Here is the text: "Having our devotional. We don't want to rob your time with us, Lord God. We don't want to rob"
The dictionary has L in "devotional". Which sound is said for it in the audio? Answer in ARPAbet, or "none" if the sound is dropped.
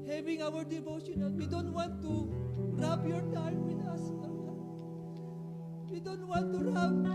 N